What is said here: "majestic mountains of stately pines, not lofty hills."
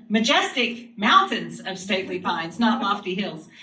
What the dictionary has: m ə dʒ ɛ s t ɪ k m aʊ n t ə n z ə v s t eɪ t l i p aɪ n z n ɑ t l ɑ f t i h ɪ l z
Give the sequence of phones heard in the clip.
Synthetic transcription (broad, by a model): m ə dʒ ɛ s t ɪ k m aʊ n t ə n z ə v s t eɪ t l i p aɪ n z n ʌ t l ɑ f t i h ɪ l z